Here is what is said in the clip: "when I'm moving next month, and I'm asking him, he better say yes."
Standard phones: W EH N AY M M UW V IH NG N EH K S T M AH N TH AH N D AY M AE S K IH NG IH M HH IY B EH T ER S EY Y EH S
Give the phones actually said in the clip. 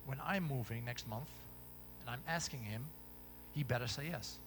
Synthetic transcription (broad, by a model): W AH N AY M M UW V IH NG N EH K S T M AH N TH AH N AY M AE S K IH NG IH M HH IY B EH T ER S EY Y EH S